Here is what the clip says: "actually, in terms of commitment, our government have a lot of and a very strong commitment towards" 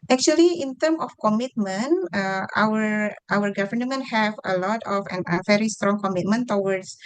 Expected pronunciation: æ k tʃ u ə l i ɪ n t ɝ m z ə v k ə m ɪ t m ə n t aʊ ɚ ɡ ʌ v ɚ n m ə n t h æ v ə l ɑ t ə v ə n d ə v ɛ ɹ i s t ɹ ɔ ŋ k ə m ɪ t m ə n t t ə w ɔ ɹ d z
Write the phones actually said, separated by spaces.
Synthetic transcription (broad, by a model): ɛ k tʃ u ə l i ɪ n t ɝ m ə f k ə m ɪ t m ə n t aʊ ɚ ɡ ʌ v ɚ n m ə n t h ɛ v ə l ɑ t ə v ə n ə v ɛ ɹ i s t ɹ ɔ ŋ k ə m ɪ t m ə n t t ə w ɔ ɹ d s